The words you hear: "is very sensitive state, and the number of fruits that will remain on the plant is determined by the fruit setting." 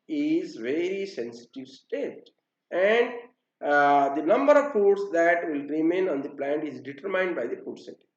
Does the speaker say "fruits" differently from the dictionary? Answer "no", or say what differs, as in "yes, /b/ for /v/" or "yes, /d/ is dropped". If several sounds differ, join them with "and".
yes, /ɹ/ is dropped